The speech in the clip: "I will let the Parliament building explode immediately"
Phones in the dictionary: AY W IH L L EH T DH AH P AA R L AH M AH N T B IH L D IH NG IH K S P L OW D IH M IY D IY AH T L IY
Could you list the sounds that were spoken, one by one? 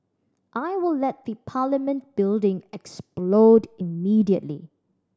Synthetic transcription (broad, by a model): AY W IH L L EH T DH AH P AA L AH M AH N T B IH L D IH NG IH K S P L OW D IH M IY D IY AH T L IY